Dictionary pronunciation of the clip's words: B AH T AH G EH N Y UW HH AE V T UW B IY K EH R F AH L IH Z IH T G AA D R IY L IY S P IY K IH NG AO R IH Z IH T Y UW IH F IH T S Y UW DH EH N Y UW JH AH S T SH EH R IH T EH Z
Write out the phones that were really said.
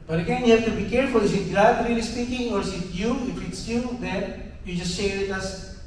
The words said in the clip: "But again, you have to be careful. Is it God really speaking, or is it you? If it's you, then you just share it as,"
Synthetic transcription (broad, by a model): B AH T AH G EH N Y UW HH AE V T UW B IY K EH R F AH L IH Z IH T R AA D R IY L IY S P IY K IH NG AO R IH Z IH T Y UW IH F IH T S Y UW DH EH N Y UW JH AH S T SH EH R IH T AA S